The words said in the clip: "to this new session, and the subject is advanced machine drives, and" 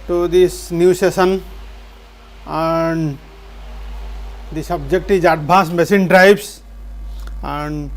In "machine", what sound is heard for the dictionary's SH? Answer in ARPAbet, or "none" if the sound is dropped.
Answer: S